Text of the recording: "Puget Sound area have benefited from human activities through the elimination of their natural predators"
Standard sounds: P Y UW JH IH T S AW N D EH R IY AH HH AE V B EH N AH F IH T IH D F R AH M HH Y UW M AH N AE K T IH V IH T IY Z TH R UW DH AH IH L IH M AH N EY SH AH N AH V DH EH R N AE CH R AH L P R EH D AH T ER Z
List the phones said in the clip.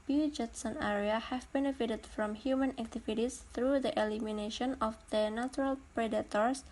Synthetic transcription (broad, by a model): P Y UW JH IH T S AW N EH R IY AH HH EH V B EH N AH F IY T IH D F R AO M HH Y UW M AH N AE K T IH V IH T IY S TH R UW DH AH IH L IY M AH N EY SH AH N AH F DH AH N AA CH R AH L P R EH D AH T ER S